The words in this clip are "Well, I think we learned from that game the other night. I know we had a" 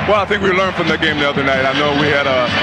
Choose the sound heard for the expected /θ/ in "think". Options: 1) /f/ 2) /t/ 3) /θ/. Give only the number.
3